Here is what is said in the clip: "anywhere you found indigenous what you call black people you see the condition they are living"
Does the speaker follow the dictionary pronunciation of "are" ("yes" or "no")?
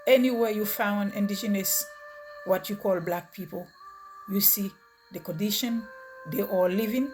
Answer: no